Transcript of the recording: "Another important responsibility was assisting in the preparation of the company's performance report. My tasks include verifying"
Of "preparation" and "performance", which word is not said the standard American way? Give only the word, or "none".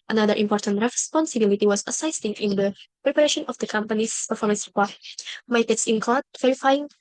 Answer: none